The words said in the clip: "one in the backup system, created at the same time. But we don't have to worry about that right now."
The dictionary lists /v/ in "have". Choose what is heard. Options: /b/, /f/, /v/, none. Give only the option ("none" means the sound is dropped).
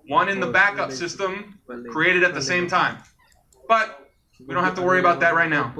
/f/